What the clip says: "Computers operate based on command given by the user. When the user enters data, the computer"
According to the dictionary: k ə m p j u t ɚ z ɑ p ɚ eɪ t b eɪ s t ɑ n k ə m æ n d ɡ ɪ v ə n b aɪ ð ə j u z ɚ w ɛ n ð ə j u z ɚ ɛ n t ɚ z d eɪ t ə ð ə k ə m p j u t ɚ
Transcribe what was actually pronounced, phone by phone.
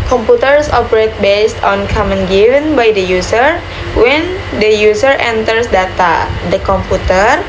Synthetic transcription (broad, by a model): k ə m p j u t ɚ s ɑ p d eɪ t b eɪ s t ɑ n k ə m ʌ n ɡ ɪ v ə n b aɪ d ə j u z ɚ w ɛ n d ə j u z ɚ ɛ n t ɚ s d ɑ t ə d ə k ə m p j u t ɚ